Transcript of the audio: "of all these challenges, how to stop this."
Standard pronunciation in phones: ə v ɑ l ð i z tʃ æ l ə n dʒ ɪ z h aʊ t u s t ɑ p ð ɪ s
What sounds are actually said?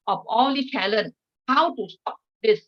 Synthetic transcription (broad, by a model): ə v ɑ l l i tʃ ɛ l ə n h aʊ t u s t ɑ p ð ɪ s